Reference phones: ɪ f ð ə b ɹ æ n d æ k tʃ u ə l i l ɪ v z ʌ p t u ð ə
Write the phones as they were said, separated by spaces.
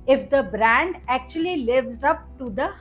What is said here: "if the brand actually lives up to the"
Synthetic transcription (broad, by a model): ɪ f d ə b ɹ æ n d æ k tʃ u ə l i l ɪ v z ʌ p t u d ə